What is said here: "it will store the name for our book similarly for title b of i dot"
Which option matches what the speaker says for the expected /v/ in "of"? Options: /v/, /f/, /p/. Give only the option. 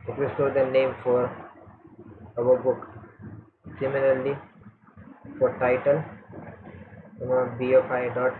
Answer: /p/